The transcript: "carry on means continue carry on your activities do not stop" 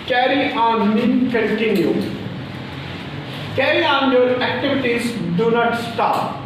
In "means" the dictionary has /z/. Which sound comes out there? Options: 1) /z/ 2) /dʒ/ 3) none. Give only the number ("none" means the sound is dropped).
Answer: 3